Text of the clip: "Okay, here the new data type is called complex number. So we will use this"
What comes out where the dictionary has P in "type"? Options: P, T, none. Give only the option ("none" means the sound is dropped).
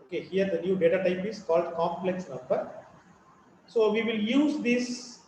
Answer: P